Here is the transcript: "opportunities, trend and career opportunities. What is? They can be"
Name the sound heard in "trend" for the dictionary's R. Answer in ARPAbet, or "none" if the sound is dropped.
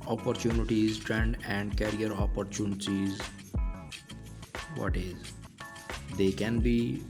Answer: R